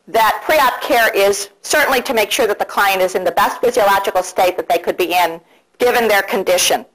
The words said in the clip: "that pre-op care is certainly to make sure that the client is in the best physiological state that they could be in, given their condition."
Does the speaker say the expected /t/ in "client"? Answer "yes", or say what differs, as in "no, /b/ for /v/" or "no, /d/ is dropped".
yes